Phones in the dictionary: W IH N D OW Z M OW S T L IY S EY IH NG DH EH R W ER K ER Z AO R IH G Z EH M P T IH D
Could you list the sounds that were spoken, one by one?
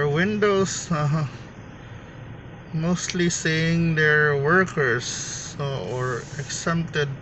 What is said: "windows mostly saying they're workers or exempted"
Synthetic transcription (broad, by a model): W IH N D OW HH M OW S T L IY S EY IH NG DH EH R W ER K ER S AO R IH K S EH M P T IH D